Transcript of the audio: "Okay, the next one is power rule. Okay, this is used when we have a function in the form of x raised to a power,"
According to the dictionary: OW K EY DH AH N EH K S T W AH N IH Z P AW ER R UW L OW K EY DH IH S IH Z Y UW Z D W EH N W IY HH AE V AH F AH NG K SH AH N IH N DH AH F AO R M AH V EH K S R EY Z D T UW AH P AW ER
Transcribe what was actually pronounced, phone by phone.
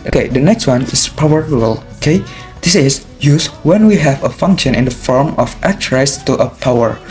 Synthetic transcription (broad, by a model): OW K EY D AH N EH K S T W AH N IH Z P AW ER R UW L OW K EY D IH S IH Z Y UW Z W EH N W IY HH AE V AH F AH NG K SH AH N IH N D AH F AO R M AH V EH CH R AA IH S T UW AH P AW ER